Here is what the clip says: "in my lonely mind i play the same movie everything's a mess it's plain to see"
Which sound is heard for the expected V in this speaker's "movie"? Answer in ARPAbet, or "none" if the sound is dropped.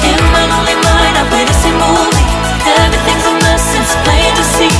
none